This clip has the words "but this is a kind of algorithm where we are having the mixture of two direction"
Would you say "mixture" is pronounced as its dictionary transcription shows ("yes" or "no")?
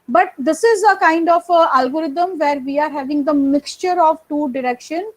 yes